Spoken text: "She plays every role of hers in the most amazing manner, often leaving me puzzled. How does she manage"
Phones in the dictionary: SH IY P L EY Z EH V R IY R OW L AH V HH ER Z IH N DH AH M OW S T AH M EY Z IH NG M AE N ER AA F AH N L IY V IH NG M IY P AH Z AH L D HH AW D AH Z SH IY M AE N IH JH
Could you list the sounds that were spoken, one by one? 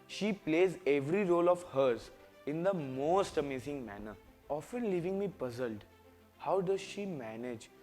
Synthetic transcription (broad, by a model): SH IY P L EY Z EH V R IY R OW L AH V HH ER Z IH N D AH M OW S T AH M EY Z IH NG M AE N ER AA F AH N L IY V IH NG M IY P AH Z AH L D HH AW D AH Z SH IY M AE N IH JH